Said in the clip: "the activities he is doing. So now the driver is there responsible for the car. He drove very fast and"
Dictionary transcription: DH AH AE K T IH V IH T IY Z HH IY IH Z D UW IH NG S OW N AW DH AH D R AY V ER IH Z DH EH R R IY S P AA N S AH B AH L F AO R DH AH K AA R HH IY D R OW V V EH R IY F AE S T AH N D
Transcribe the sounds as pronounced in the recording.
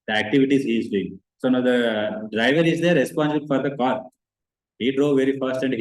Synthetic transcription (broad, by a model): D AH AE K T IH V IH T IY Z HH IY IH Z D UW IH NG S OW N AW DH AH D R AY V ER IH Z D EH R R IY S P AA N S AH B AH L F AO R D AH K AA R HH IY D R OW V V EH R IY F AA S T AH N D